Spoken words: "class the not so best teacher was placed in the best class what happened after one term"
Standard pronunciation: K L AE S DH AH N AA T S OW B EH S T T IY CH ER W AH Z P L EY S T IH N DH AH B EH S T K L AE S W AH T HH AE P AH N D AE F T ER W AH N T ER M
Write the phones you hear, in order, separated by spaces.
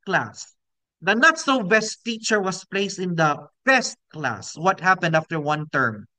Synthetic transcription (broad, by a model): K L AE S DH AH N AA T S OW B EH S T T IY CH ER W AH S P L EY S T IH N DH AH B EH S T K L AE S W AH T HH AE P AH N D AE F T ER W AH N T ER M